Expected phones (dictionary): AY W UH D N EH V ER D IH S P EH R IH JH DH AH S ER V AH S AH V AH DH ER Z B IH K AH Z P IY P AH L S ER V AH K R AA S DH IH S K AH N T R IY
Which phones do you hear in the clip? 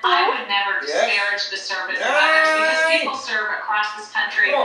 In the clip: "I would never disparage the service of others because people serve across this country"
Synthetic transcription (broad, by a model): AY W UH D N EH V ER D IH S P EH R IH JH DH AH S ER V AH S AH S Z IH AH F L S ER V AH K R AA S DH IH S K AH N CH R IY